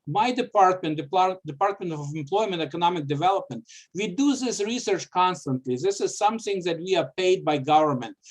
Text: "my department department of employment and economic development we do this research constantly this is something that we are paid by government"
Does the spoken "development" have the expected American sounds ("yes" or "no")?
yes